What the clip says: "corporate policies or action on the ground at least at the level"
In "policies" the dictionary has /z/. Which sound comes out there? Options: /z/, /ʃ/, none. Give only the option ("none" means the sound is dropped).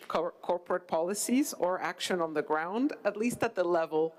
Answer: /z/